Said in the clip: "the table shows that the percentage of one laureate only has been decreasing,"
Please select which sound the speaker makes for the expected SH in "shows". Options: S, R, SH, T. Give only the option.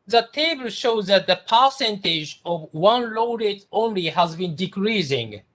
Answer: SH